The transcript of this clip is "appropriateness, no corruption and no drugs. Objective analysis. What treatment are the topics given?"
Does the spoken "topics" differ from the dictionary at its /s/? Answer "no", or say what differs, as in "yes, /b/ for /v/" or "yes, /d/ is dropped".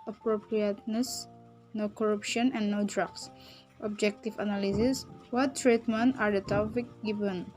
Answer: yes, /s/ is dropped